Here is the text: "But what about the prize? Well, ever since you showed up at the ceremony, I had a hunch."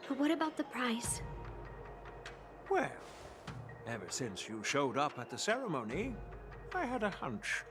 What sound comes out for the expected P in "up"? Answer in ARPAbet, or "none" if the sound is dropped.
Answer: P